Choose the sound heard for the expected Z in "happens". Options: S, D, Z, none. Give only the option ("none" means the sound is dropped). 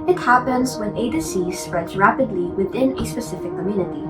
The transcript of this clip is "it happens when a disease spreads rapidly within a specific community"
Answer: Z